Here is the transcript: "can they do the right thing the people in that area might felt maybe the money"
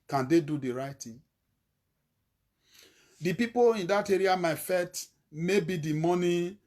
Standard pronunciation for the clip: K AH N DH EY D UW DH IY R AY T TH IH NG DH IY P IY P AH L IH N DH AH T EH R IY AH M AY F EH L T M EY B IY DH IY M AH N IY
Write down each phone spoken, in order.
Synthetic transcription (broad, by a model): K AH N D EY D UW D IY R AY T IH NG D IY P IY P AH L IH N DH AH T EH R IY AH M AY F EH T M EY B IY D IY M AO N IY